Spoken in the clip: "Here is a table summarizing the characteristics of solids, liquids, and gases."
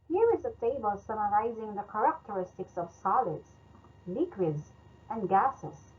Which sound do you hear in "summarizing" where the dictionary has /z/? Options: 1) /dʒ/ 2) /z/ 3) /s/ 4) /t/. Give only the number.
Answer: 2